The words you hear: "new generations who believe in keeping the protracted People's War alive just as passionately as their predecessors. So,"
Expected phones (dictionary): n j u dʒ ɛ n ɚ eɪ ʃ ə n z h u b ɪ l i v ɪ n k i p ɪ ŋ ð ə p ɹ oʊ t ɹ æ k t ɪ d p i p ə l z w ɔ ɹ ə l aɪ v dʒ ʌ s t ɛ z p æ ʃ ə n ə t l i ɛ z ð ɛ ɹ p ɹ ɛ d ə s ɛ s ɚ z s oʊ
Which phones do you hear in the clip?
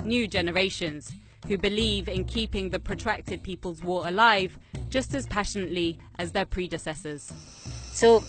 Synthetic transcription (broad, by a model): n j u dʒ ɛ n ɚ eɪ ʃ ə n z h u b ɪ l i v ɪ n k i p ɪ ŋ ð ə p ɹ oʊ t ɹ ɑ k t ɪ d p i p ə l z w ɔ ɹ ə l aɪ v dʒ ʌ s t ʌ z p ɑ ʃ ə n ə t l i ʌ z ð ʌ p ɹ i d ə s ɛ s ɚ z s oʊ